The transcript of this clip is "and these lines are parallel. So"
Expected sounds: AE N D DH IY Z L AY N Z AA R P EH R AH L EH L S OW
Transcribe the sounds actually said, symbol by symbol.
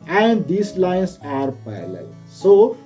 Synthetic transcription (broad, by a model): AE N D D IY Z L AY N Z AA R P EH AH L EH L S OW